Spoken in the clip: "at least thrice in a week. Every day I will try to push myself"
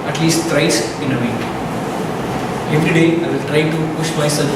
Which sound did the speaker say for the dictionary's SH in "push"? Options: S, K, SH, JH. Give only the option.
SH